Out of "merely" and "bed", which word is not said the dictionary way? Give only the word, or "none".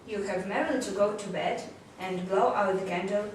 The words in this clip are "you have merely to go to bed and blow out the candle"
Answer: merely